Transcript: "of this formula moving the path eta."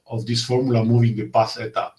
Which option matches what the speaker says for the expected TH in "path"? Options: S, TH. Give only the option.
S